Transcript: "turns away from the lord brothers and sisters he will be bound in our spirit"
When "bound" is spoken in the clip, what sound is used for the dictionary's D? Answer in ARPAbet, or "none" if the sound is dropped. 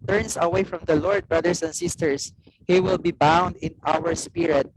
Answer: D